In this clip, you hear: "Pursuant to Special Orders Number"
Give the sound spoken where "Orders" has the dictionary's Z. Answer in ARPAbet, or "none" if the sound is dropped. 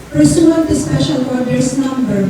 S